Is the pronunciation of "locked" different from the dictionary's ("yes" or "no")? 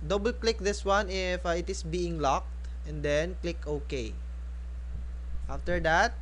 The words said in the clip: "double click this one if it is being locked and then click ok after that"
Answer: no